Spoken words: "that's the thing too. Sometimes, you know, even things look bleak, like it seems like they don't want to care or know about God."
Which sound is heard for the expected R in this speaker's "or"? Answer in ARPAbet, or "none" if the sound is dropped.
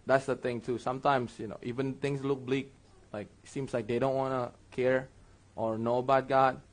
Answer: R